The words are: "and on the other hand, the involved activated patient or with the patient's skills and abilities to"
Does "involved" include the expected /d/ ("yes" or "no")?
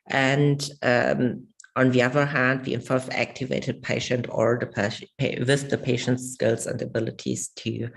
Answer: no